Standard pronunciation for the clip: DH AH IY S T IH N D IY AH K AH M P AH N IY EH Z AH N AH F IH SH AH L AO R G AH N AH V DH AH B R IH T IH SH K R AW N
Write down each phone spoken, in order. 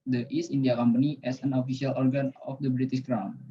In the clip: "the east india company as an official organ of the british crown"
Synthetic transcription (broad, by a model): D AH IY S IY N D IY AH K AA M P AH N IY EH S AH N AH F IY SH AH L AO R G AH N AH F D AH B R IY T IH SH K R AW N